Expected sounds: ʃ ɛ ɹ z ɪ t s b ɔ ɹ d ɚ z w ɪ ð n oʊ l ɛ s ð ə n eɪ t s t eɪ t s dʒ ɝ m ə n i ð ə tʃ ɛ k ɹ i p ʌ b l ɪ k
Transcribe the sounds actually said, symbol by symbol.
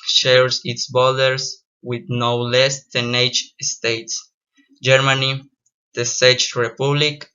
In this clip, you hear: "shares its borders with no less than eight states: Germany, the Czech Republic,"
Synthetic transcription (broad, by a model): ʃ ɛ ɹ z ɪ t s b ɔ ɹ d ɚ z w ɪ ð n oʊ l ɛ s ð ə n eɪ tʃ s t eɪ t s dʒ ɝ m ə n i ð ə s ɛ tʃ ɹ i p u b l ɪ k